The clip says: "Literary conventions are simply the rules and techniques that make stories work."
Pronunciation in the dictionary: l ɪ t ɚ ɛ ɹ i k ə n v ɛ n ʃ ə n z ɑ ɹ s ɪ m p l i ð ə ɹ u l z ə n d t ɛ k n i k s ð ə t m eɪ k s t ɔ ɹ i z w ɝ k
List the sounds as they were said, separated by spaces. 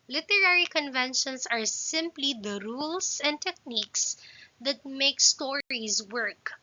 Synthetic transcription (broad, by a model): l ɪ t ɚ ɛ ɹ i k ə n v ɛ n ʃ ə n s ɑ ɹ s ɪ m p l i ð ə ɹ u l s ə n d t ɛ k n i k s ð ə t m eɪ k s t ɔ ɹ i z w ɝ k